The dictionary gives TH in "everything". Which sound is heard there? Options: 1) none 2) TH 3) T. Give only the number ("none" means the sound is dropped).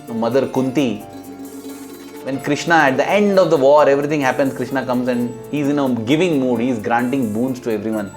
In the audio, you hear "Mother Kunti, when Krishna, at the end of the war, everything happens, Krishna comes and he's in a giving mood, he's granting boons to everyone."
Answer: 3